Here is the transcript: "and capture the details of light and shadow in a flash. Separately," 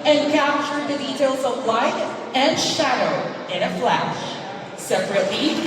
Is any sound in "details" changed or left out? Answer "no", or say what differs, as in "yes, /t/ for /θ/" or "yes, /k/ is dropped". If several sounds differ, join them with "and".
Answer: no